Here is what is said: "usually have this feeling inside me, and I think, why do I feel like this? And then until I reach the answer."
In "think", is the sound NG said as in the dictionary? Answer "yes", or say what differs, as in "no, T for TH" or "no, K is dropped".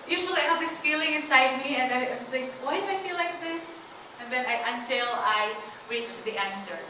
no, NG is dropped